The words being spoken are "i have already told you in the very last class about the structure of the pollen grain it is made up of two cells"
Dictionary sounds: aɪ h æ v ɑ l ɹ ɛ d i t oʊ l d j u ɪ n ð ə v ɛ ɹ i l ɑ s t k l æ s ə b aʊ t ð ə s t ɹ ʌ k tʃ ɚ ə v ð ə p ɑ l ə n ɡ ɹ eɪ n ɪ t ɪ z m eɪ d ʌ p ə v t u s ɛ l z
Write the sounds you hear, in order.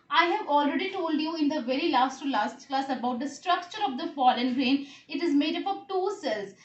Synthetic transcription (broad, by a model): aɪ h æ v ɑ l ɹ ɛ d i t oʊ l d j u ɪ n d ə v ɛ ɹ i l ɑ s t k l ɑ s ə b aʊ t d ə s t ɹ ʌ k tʃ ɚ ə v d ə f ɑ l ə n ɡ ɹ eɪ n ɪ t ɪ z m eɪ d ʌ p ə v t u s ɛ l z